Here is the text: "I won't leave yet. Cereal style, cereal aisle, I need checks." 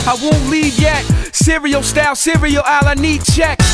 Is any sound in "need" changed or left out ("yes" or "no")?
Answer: no